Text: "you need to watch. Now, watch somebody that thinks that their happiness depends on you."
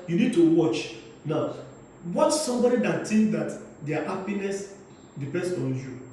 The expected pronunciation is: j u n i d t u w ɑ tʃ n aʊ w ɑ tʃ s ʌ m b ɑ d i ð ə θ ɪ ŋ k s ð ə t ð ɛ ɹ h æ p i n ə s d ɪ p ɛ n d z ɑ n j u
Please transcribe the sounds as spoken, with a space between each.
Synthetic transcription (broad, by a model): j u n i d t u w ɑ tʃ n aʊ w ɑ tʃ s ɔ m b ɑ d i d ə t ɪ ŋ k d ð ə t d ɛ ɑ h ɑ p i n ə s d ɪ p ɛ n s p ɑ n j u